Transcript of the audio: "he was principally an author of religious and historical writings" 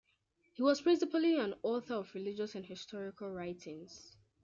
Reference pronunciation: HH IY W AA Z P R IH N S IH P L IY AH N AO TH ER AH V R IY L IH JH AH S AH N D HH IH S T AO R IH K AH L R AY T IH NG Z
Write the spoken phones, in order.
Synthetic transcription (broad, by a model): HH IY W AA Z P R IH N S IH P L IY AH N AO TH ER AH V R IY L IH JH AH S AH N HH IH S T AO R IH K AH L R AY T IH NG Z